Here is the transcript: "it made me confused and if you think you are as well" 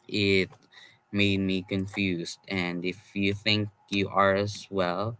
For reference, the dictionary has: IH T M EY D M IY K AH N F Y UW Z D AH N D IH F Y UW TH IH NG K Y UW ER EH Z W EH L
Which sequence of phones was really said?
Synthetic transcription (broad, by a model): IH T M EY D M IY K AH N F Y UW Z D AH N IH F Y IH TH IH NG K Y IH ER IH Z W EH L